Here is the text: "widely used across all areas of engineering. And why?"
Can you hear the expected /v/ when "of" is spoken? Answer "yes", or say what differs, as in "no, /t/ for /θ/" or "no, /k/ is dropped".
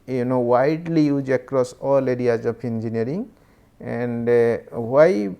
no, /p/ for /v/